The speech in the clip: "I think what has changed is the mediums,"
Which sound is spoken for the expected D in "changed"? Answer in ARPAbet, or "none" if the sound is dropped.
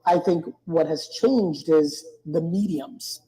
D